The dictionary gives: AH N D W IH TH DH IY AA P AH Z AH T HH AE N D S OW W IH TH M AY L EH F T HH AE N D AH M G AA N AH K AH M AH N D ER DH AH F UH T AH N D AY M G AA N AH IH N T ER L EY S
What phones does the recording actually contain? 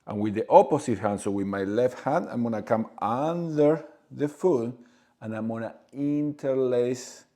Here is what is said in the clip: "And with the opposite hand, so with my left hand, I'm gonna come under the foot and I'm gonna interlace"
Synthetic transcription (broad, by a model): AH N W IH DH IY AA P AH S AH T HH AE N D S OW W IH M AY L EH F T HH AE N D AH M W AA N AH K AH M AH N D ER DH AH F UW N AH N AY M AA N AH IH N T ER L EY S